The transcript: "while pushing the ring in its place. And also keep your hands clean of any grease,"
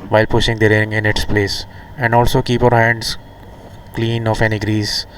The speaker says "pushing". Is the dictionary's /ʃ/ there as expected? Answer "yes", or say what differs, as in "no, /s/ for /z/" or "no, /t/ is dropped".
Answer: yes